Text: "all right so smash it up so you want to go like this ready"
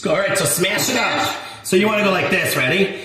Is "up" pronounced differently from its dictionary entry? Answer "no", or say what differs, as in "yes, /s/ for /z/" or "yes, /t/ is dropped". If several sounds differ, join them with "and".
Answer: yes, /f/ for /p/